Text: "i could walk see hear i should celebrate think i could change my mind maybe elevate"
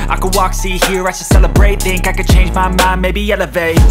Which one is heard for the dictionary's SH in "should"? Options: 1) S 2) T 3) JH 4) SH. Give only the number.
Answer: 1